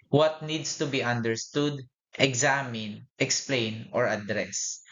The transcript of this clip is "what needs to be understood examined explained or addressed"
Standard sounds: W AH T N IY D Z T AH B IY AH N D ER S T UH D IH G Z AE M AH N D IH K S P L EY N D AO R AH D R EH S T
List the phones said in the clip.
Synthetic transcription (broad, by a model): W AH T N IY D S T AH B IY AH N D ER S T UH D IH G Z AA M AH N IH K S P L EY N AO R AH D R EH S